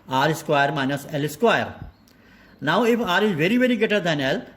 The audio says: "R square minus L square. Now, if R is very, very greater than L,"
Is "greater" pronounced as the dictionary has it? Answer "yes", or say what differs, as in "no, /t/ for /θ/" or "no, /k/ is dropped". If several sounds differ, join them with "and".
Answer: no, /ɹ/ is dropped